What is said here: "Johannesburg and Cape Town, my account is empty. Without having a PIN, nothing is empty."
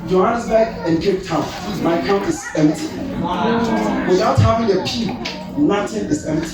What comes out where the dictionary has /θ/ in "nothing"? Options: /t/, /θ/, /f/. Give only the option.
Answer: /t/